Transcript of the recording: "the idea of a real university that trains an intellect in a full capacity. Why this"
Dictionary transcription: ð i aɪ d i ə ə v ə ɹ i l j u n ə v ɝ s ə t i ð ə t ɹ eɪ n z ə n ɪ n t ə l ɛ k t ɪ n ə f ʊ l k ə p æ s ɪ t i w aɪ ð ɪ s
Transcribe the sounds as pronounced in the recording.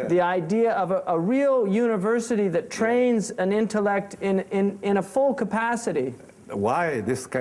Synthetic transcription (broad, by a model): ð i aɪ d i ə ə v ə ɹ i l j u n ə v ɝ s ə t i ð ə t ɹ eɪ n z ə n ɪ n t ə l ɛ k t ɪ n ə f ʊ l k ə p æ s ɪ t i w aɪ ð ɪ s